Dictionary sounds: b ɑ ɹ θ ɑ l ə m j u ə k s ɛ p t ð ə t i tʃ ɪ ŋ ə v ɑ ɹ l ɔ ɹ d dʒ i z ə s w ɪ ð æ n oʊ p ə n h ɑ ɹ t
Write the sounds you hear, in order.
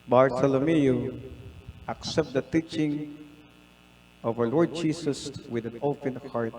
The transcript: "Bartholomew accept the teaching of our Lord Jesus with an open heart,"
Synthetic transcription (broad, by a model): b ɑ ɹ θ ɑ l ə m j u ə k s ɛ p t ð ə t i tʃ ɪ ŋ ə v ɑ ɹ l ɔ ɹ d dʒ i s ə s w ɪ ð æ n oʊ p ə n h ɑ ɹ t